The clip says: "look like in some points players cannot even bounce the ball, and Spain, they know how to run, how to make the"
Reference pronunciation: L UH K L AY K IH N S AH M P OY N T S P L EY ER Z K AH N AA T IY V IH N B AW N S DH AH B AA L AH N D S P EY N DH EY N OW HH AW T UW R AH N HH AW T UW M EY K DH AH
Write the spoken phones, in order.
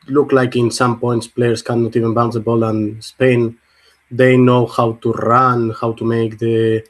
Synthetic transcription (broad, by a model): L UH K L AY K IH N S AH M P OY N T S P L EY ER S K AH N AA T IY V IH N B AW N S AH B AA L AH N S P EY N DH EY N OW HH AW T UW R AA N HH AW T UW M EY K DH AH